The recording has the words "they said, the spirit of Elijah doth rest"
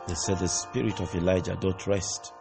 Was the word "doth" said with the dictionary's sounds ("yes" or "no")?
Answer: no